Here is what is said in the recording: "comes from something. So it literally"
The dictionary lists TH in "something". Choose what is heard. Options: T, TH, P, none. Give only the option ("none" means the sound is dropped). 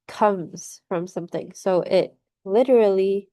TH